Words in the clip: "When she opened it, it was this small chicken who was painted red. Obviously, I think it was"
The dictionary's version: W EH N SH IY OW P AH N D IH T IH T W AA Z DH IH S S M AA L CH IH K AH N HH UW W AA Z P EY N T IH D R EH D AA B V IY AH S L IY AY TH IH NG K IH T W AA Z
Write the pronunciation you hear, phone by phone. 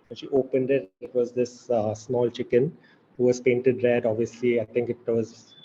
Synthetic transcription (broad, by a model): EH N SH IY OW P AH N D IH T IH T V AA Z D IH S S M AA L CH IH K AH N HH UW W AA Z P EY N T IH D R EH D AA B V IY AH S L IY AY T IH NG K IH T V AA Z